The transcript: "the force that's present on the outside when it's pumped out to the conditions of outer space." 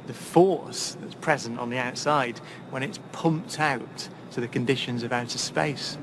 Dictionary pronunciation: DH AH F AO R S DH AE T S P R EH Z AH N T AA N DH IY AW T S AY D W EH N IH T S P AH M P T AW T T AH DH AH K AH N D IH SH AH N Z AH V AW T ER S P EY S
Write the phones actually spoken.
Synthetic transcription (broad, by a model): DH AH F AO R S DH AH T S P R EH Z AH N T N DH IY AW T S AY D W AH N IH T S P AH M P T AW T T AH DH AH K AH N D IH SH AH N Z AH V AW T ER S P EY S